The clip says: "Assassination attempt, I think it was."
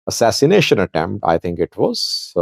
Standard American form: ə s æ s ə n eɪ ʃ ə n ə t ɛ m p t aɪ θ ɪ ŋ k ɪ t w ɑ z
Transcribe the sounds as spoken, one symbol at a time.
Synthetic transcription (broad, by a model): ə s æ s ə n eɪ ʃ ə n ə t ɛ m p t aɪ t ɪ ŋ k ɪ t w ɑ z